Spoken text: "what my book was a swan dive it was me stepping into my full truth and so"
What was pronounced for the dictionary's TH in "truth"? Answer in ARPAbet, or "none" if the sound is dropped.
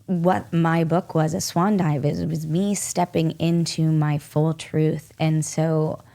TH